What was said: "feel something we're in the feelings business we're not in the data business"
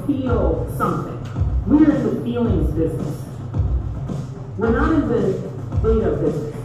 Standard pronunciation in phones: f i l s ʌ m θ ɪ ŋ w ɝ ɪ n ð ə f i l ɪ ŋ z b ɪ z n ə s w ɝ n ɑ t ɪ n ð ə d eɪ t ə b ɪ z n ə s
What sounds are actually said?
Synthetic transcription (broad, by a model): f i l s ʌ m θ ɪ ŋ w ɝ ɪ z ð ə f i l ɪ ŋ z b ɪ z n ə s w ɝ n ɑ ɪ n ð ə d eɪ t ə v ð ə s